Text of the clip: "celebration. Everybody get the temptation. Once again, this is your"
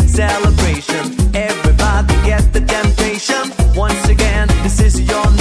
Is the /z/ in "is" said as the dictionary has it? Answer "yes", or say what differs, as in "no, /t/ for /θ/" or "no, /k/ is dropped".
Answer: yes